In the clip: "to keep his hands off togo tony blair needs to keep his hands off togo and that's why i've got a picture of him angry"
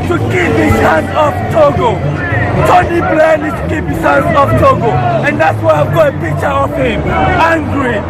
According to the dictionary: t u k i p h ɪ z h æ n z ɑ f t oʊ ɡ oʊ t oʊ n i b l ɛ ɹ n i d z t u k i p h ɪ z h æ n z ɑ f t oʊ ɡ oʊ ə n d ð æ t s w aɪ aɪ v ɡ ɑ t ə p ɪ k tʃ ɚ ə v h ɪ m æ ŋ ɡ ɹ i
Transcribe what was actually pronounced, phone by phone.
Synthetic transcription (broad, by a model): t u k i p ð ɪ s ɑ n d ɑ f t oʊ ɡ oʊ t oʊ n i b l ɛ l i t u k i p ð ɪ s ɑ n ɑ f t oʊ ɡ oʊ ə n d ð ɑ t s w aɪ aɪ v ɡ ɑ ə p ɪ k tʃ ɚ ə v h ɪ m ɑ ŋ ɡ ɹ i